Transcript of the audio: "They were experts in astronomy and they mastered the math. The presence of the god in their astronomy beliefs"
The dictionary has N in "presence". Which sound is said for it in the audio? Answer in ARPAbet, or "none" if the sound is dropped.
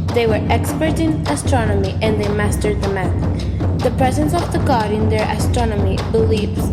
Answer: N